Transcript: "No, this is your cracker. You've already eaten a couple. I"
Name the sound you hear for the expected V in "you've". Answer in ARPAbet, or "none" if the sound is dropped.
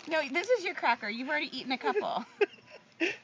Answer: V